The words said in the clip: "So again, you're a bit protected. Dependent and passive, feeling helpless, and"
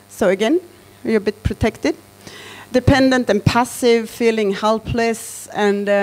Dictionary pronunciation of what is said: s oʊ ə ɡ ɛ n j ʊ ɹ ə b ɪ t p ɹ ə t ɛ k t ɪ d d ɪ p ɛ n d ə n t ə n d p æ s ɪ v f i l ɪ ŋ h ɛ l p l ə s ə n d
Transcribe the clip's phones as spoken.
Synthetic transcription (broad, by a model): s oʊ ə ɡ ɛ n j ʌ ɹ ə b ɪ t p ɹ ə t ɛ k t ɪ d d ɪ p ɛ n d ə n t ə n p æ s ɪ v f i l ɪ ŋ h ɛ l p l ə s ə n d